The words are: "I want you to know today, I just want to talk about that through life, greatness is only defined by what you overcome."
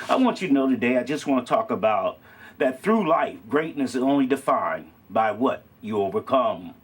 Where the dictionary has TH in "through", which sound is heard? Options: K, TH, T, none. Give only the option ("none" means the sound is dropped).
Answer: TH